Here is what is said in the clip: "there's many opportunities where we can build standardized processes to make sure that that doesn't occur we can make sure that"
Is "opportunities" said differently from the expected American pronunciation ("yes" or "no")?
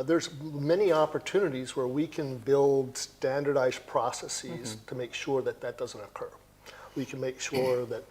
no